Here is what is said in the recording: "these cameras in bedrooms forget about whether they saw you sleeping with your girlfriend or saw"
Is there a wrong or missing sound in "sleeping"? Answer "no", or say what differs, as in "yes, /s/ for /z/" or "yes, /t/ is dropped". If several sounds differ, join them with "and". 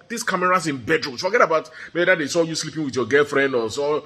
no